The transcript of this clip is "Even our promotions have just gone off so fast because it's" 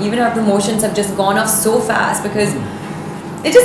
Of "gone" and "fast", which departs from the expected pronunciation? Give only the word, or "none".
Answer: none